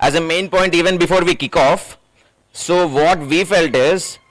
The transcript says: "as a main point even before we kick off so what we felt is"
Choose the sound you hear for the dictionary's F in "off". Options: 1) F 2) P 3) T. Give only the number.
1